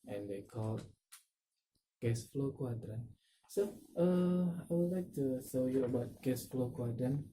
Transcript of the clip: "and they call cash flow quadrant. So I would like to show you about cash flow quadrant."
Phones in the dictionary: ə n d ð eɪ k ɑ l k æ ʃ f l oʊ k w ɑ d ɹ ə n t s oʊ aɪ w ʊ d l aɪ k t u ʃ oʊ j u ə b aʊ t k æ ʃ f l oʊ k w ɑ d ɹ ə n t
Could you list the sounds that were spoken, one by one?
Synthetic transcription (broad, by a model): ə n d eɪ k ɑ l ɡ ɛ s f l oʊ k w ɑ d ɹ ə n s oʊ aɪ w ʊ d l aɪ k t u s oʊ j u ə b aʊ t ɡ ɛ s f l oʊ k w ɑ d ɹ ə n